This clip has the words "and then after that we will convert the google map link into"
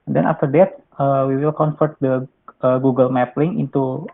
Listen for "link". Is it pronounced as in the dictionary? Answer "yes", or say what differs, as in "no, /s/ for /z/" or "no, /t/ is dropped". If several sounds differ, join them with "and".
no, /k/ is dropped